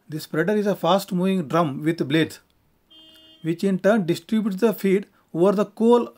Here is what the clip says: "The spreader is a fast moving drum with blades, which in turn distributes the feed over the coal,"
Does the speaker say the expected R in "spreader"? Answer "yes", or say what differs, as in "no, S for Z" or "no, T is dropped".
yes